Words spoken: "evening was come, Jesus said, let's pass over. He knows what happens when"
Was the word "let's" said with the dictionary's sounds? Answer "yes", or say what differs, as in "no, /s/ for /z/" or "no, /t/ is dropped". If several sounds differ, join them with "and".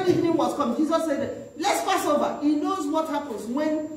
yes